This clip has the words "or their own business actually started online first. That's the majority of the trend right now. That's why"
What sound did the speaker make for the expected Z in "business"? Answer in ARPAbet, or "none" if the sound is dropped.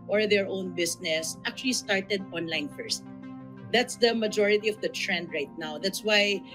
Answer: S